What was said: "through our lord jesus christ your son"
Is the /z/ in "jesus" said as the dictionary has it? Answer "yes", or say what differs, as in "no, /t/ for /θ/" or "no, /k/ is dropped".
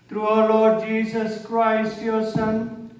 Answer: no, /s/ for /z/